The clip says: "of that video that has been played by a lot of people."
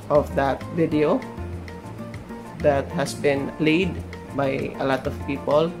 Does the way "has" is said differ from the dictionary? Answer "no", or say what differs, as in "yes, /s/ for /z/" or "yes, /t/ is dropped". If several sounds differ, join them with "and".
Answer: yes, /s/ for /z/